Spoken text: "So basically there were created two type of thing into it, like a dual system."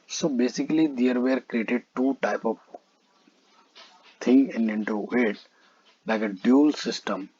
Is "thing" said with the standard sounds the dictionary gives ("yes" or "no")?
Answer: no